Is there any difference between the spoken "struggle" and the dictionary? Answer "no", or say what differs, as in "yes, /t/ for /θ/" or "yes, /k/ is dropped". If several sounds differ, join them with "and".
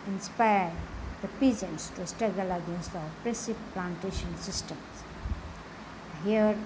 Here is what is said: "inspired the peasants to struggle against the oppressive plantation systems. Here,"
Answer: yes, /ɹ/ is dropped